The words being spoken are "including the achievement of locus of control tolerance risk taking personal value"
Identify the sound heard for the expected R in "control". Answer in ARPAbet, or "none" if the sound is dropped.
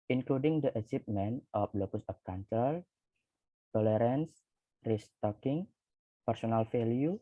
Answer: none